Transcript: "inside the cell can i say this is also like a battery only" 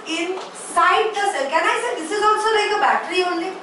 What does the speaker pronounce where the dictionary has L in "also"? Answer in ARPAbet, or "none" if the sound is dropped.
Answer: N